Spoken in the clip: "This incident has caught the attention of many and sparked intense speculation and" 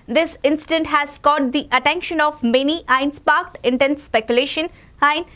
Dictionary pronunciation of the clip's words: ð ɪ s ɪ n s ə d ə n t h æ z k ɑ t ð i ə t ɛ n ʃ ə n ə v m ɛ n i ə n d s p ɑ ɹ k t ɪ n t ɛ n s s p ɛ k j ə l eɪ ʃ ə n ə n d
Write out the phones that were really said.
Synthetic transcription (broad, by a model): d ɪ s ɪ n s ə d ə n t h æ z k ɑ t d i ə t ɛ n ʃ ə n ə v m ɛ n i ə n s p ɑ ɹ k t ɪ n t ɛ n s s p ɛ k j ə l eɪ ʃ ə n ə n